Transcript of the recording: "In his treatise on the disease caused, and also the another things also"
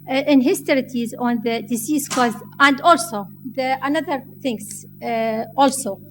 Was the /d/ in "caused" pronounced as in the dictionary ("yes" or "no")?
no